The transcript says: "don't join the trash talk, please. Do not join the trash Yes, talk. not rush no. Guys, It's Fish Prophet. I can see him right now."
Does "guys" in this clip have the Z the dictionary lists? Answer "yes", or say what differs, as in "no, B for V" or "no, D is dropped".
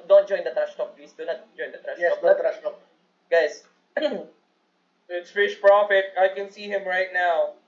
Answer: no, S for Z